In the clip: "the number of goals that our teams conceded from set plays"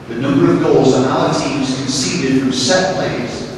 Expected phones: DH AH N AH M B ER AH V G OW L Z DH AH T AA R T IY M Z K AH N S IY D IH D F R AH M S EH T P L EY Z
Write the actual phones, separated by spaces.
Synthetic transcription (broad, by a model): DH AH N AH M B ER AH V G OW L Z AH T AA L T IY M Z K AH N S IY D IH D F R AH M S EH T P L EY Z